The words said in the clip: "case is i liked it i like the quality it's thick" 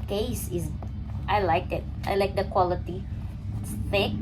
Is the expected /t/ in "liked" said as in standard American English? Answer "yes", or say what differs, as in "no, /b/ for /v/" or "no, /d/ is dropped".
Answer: no, /t/ is dropped